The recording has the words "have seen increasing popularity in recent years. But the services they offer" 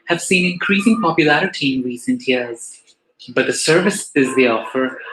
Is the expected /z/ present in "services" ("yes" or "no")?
yes